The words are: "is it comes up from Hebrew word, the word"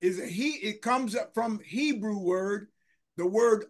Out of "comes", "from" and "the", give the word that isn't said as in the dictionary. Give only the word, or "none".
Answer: none